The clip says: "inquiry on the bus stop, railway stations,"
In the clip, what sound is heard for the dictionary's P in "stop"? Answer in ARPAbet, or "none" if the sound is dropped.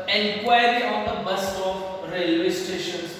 F